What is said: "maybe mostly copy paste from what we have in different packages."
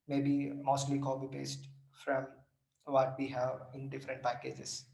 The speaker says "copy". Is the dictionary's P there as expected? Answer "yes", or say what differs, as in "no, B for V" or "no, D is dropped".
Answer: no, B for P